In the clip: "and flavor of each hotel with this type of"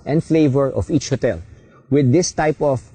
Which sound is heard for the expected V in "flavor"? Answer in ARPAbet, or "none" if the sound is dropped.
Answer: V